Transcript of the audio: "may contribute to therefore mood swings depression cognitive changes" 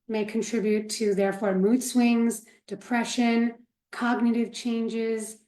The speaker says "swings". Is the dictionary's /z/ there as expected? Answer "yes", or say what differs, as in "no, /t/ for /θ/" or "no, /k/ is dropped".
yes